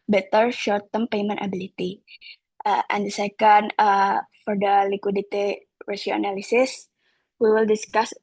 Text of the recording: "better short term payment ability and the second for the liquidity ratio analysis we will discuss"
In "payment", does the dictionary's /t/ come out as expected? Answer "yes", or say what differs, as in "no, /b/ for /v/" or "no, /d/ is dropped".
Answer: yes